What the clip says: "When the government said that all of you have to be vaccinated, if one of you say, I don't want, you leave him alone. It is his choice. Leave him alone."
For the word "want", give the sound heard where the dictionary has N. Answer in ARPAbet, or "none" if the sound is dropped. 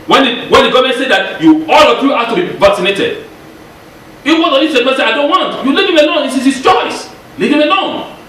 N